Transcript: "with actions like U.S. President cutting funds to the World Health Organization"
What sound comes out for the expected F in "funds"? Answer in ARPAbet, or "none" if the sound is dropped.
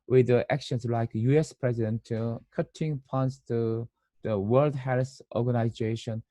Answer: P